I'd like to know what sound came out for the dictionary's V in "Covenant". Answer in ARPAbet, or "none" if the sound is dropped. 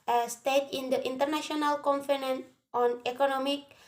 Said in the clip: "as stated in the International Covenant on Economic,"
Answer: F